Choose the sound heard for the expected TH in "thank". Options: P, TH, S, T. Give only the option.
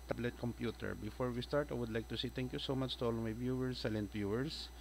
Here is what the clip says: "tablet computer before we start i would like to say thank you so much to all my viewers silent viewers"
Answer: T